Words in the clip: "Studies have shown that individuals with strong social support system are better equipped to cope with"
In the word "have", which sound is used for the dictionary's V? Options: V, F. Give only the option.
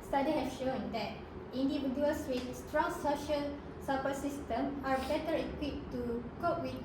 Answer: F